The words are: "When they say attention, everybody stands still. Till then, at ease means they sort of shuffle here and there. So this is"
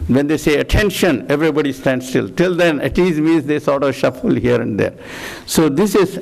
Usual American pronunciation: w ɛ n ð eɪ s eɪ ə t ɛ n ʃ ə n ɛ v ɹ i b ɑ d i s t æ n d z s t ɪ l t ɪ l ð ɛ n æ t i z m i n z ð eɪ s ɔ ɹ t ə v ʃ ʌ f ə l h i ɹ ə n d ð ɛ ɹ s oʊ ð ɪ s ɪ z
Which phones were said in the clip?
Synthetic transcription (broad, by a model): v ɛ n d eɪ s eɪ ə t ɛ n ʃ ə n ɛ v ɹ i b ɑ d i s t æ n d s t ɪ l t ɪ l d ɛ n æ t i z m i n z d eɪ s ɔ ɹ t ə v ʃ ʌ f ə l h i ɹ ə n d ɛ ɹ s oʊ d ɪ s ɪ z